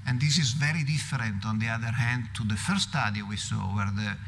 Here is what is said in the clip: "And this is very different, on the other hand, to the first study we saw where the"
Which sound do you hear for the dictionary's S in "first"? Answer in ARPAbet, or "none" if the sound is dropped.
none